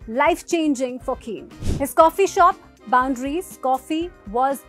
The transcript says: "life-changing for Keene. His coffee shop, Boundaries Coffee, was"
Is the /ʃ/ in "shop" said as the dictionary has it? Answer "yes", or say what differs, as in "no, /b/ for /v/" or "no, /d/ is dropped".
yes